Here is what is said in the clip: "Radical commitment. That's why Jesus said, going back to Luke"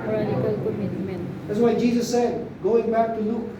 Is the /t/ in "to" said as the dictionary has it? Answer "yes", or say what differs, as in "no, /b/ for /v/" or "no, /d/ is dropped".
yes